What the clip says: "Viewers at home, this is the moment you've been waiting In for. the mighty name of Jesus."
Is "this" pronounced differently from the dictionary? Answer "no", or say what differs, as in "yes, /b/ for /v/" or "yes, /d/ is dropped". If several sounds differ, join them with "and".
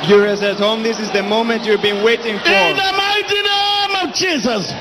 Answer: no